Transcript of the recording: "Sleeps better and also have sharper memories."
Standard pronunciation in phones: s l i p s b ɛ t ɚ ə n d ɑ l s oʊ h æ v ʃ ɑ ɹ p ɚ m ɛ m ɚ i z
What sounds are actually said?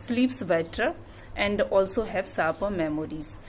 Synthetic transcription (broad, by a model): s l i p s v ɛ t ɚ ə n d ɑ l s oʊ h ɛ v s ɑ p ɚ m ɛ m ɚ i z